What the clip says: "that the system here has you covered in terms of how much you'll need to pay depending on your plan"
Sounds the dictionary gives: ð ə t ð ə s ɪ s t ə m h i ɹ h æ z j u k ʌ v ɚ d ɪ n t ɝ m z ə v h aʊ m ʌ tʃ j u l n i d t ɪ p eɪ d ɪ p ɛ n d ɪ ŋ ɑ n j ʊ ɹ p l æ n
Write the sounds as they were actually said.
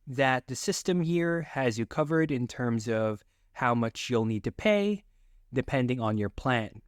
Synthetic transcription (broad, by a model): ð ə t ð ə s ɪ s t ə m h i ɹ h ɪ z j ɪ k ʌ v ɚ d ɪ n t ɝ m z ə v h aʊ m ʌ tʃ j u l n i d t ɪ p eɪ d ɪ p ɛ n d ɪ ŋ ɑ n j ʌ ɹ p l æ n